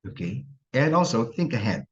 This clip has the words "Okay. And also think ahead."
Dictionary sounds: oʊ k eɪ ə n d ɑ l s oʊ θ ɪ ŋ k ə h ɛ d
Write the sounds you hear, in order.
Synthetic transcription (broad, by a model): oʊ k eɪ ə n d ɑ l s oʊ θ ɪ ŋ k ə h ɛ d